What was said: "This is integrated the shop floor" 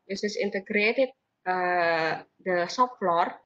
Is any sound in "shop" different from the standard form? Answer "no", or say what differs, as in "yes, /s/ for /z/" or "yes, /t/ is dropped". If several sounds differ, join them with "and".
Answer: yes, /s/ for /ʃ/